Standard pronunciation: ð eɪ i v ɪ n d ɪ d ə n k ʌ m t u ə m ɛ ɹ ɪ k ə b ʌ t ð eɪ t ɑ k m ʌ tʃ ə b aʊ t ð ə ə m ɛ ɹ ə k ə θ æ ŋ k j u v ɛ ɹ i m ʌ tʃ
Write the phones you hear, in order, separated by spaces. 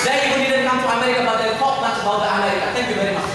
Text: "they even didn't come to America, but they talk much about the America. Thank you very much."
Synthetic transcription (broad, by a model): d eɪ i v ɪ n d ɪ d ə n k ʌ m t u ə m ɛ ɹ ɪ k ə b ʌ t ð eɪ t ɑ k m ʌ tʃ ə b aʊ t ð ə ə m ɛ ɹ ə k ə t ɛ ŋ k j u v ɛ ɹ i m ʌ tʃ